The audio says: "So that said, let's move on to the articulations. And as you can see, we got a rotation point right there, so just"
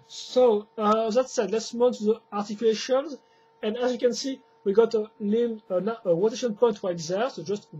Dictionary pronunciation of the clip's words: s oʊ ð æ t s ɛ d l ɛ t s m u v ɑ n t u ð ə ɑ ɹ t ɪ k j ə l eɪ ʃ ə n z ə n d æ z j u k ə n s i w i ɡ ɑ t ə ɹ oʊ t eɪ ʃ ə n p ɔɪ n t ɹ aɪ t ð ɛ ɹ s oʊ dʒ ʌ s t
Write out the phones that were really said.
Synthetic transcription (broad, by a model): s oʊ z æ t s ɛ d l ɛ t s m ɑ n t u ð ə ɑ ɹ t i k j l eɪ ʃ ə n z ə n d æ z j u k ə n s i w i ɡ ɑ t ə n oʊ t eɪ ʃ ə n p ɔɪ n t w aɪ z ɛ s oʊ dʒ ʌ s t